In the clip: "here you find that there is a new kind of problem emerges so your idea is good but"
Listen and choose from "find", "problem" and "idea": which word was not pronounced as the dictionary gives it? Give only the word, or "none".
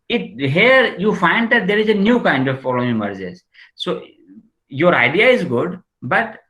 problem